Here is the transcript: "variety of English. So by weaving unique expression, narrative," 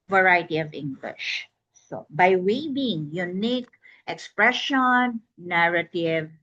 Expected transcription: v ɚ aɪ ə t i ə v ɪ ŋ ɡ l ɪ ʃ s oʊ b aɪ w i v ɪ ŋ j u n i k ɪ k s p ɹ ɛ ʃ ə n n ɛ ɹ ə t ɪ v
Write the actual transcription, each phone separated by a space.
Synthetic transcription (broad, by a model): v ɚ aɪ t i ə v ɪ ŋ ɡ l ɪ ʃ s oʊ b aɪ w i b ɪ ŋ j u n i k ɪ k s p ɹ ɛ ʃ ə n n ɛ ɹ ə t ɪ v